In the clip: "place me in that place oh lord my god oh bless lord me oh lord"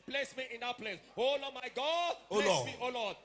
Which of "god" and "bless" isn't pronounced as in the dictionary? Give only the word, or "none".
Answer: bless